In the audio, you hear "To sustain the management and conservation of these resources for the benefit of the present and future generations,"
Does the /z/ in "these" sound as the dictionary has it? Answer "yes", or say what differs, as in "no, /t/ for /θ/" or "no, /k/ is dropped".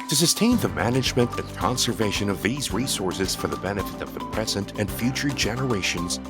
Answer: yes